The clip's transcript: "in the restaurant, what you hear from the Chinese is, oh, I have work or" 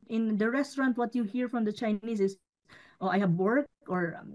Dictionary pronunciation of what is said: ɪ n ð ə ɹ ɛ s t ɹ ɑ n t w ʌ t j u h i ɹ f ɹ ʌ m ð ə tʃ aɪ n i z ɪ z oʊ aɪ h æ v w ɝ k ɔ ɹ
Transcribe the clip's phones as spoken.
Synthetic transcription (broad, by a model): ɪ n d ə ɹ ɛ s t ɹ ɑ n t w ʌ t j u h i ɹ f ɹ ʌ m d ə tʃ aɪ n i s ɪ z oʊ aɪ h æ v w ɝ k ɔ ɹ